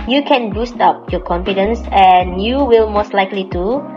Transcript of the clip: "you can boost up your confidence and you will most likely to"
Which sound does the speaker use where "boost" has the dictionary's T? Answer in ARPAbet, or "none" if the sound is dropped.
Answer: T